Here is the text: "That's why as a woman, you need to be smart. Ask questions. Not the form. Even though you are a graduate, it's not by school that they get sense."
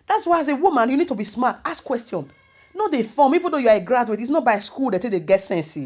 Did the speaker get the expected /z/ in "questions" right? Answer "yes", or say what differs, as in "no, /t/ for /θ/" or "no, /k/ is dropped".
no, /z/ is dropped